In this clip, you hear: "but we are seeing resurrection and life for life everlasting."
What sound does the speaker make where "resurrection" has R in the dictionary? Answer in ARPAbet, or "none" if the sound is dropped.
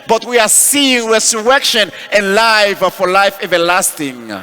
W